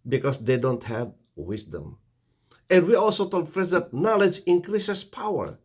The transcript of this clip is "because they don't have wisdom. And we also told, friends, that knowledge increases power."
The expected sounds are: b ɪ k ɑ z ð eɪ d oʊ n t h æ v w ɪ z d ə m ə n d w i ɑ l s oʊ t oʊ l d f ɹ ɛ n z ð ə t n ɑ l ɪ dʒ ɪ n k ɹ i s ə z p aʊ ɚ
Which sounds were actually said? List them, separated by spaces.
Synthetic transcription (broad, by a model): b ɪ k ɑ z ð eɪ d oʊ n t h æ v w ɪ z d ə m ə n d w i ɑ l s oʊ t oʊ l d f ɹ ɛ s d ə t n ɑ l ɪ dʒ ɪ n k ɹ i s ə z p aʊ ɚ